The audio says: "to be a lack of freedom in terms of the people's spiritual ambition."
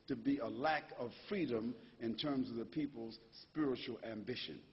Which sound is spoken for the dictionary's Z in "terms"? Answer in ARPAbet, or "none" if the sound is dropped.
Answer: Z